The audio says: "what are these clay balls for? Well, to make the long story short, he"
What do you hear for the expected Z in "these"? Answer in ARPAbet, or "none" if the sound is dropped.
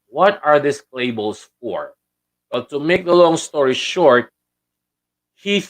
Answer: S